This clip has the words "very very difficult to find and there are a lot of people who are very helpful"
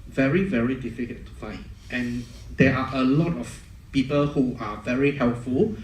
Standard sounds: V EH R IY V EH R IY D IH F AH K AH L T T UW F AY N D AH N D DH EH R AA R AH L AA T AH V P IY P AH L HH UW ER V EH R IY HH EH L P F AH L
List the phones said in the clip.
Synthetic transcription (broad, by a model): V EH R IY V EH R IY D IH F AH K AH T T UW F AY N AH N D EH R AA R AH L AA T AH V P IY P AH L HH UW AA V EH R IY HH EH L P F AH L